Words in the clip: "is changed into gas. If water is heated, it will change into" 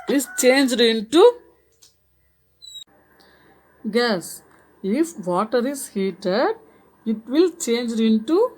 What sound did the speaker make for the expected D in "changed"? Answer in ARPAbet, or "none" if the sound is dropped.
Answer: D